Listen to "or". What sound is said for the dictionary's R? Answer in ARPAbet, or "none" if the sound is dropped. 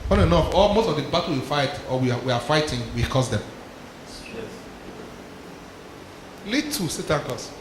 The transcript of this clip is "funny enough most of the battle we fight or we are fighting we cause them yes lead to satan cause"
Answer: W